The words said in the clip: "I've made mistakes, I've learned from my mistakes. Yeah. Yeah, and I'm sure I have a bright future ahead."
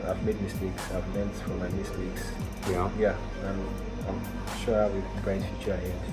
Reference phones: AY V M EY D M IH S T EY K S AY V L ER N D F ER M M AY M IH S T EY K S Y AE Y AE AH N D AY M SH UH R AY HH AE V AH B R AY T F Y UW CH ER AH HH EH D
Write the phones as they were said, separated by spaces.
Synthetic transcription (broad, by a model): AY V M EY D M IH S T EY K S AY V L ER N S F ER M M AY M IH S T EY K S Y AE Y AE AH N AY M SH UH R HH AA W AH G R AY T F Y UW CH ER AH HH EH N